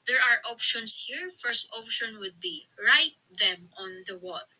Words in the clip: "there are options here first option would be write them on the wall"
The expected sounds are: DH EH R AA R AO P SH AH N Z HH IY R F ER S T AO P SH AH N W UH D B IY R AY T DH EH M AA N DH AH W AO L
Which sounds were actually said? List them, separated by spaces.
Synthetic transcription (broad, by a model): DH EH R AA R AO P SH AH N S HH IY R F ER S T AO P SH AH N W UH D B IY R AY T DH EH M AA N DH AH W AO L